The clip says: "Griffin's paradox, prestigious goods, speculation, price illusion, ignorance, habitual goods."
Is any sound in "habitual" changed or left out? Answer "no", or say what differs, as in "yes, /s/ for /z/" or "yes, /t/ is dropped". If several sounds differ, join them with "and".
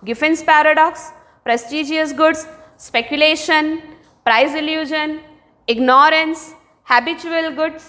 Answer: no